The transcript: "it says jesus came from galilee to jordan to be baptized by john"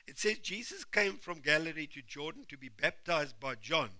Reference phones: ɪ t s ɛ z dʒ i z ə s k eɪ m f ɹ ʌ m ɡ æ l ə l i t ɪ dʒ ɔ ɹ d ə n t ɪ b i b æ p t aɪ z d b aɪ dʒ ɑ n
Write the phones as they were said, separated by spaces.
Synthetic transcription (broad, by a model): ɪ t s ɛ z dʒ i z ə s k eɪ m f ɹ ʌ m ɡ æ l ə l i t ɪ dʒ ɔ d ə n t ɪ b i b æ p t aɪ z d b aɪ dʒ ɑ n